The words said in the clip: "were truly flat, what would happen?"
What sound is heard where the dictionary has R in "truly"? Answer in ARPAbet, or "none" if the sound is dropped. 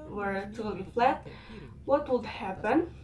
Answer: none